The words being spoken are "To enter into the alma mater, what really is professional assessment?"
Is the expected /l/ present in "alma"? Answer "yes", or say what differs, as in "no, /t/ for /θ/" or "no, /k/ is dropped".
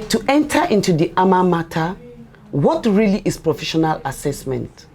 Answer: no, /l/ is dropped